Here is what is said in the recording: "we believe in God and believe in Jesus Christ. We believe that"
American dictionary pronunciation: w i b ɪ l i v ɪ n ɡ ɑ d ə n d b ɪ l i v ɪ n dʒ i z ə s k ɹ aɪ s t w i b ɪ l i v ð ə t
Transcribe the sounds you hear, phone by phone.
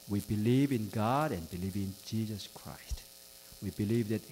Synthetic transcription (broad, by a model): w i b ɪ l i v ɪ n ɡ ɑ d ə n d b ɪ l i v ɪ n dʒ i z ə s k ɹ aɪ s t w i b ɪ l i v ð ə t